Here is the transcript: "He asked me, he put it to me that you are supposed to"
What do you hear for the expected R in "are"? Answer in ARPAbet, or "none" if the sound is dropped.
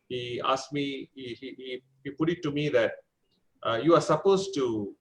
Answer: R